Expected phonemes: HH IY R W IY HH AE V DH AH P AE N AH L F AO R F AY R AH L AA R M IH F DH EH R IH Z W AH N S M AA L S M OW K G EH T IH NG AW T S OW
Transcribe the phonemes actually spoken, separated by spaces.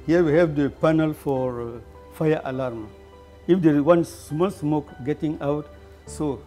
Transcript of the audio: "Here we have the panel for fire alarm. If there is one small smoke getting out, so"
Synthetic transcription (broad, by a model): HH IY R W IY HH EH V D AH P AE N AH L F AO R F AY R AH L AA R M IH F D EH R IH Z W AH N S M AA L S M OW K G EH T IH NG AW T S OW